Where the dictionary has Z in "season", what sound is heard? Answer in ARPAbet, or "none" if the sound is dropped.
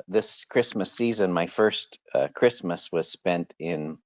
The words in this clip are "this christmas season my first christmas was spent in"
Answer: Z